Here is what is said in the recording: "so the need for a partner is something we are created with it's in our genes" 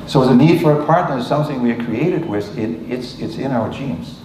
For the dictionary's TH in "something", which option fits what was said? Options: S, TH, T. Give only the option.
TH